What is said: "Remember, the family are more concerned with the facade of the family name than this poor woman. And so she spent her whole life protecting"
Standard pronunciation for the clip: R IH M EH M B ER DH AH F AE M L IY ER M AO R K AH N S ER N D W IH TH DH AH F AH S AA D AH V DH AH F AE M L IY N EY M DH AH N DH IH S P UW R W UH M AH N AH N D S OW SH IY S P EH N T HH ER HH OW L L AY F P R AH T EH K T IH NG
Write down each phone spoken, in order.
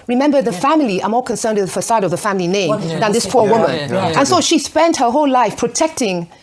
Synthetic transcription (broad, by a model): R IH M EH M B ER DH AH F AE M L IY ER M AO R K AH N S ER N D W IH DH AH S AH IH D AH V DH AH F AE M L IY N EY M DH AH N DH IH S P UW R W UH M AH N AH N S OW SH IY S P EH N T HH ER HH OW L L AY F P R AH T EH K T IH NG